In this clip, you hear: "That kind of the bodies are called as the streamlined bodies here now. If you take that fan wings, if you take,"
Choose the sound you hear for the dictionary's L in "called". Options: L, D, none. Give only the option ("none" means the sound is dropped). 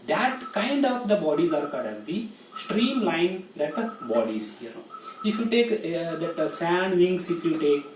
none